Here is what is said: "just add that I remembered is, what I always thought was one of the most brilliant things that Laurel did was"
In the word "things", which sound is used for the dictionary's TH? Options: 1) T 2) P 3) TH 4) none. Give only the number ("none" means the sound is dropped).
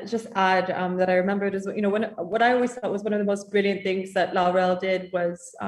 3